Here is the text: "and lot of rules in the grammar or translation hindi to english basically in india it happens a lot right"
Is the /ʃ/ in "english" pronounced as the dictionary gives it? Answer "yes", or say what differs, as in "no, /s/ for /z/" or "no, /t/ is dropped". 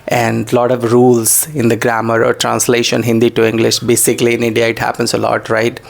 yes